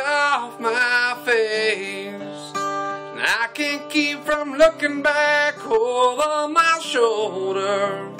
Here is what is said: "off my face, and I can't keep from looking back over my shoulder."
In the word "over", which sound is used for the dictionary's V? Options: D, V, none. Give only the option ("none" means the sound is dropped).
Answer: none